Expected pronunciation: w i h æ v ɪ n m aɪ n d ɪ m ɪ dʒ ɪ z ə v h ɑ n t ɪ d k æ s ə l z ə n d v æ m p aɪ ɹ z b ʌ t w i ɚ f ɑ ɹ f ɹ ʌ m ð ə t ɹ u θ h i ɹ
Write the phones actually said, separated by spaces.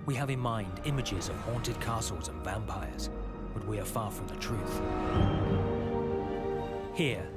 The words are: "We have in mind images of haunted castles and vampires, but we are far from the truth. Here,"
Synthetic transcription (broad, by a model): w i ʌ v ɪ n m aɪ n d ɪ m ɪ dʒ ɪ z ə v h ɑ n t ɪ d k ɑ s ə l z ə n v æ m p aɪ ɹ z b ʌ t w i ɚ f ɑ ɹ f ɹ ʌ m ð ə t ɹ u θ h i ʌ